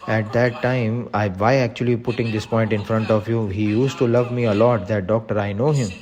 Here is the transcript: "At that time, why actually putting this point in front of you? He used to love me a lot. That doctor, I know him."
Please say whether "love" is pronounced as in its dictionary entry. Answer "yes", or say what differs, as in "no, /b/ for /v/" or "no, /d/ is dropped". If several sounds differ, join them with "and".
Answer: yes